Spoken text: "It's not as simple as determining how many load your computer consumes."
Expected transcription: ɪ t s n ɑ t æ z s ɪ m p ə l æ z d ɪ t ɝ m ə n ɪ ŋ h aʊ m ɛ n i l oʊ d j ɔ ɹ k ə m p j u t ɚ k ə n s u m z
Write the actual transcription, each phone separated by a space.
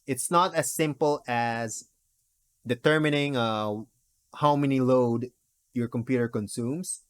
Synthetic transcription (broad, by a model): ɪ t s n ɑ t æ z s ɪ m p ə l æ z d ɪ t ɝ m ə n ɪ ŋ h aʊ m ɛ n i l oʊ d j ɔ ɹ k ə m p j u t ɚ k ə n s u m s